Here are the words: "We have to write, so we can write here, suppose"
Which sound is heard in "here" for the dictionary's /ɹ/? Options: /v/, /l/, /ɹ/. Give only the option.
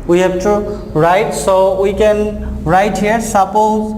/ɹ/